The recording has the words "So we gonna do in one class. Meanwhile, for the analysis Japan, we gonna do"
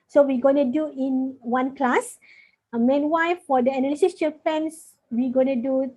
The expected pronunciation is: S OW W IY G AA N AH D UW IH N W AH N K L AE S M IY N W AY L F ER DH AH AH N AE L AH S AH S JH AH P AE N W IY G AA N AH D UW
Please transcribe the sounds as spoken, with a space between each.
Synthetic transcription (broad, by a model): S OW W IY G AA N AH D UW IH N W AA N K L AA S M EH N W AY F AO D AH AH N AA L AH S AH S CH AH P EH N W IY G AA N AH D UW